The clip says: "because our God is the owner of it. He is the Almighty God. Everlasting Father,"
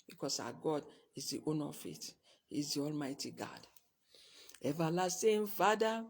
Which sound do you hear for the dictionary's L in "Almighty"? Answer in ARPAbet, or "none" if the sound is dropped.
L